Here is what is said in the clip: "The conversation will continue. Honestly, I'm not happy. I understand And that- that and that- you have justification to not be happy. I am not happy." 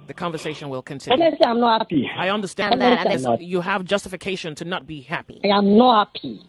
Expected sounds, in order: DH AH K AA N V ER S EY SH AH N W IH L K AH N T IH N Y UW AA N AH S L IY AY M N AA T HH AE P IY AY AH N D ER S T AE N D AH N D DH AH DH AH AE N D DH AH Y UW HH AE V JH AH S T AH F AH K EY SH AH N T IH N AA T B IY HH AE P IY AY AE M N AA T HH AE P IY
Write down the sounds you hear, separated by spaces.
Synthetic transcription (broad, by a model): DH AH K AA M V ER S EY SH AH N W IH L K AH N T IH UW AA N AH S IY AY M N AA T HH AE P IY AY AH N D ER S T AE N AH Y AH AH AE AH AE V JH AH S T AH F AH K EY SH AH N T IH N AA T B IY HH AE P IY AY M N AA HH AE P IY